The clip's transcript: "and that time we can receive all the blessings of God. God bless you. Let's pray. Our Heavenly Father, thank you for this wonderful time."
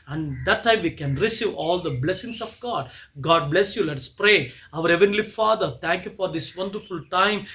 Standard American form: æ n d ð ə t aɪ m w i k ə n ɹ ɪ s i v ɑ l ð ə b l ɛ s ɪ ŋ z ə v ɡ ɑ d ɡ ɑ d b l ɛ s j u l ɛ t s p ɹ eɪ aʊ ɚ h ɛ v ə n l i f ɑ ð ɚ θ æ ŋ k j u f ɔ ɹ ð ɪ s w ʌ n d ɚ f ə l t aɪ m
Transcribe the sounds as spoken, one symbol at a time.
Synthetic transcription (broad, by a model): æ n d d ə t aɪ m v i k ə n ɹ ɪ s i v ɑ l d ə b l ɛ s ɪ ŋ s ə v ɡ ɑ d ɡ ɑ d b l ɛ s j u l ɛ t s p ɹ eɪ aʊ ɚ h ɛ v ə n l i f ɑ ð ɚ t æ ŋ k j u f ɔ ɹ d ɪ s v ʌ n d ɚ f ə l t aɪ m